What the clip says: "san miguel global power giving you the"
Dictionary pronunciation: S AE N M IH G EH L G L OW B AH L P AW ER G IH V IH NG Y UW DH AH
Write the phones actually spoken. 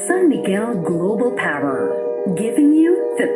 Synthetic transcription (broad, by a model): S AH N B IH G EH N G L OW B L P AW ER G IH V IH NG Y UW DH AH